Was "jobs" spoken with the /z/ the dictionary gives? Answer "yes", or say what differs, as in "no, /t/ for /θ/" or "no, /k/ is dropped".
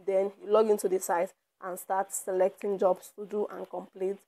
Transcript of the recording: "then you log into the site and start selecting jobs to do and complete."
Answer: no, /s/ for /z/